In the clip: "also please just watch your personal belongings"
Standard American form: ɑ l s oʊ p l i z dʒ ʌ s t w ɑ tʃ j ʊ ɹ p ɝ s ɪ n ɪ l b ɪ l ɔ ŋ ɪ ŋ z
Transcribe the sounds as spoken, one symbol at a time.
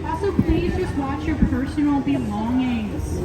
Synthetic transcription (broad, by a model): s oʊ p l i z dʒ ʌ s t w ɑ tʃ j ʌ ɹ p ɝ s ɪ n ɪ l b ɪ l ɔ ŋ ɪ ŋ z